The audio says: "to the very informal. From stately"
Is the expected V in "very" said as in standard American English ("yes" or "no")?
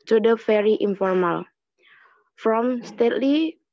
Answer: no